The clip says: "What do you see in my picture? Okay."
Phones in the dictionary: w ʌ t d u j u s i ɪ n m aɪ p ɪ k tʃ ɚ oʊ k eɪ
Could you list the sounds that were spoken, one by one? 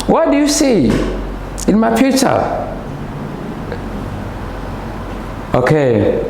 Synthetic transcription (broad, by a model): w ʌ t d u j u s i ɪ n m aɪ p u tʃ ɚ oʊ k eɪ